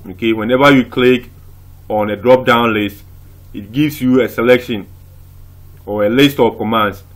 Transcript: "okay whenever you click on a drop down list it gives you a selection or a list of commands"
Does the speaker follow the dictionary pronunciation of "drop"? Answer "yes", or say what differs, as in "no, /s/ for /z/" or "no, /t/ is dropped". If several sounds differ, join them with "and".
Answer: yes